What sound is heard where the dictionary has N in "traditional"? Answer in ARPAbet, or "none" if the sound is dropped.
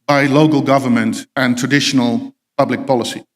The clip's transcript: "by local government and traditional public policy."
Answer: N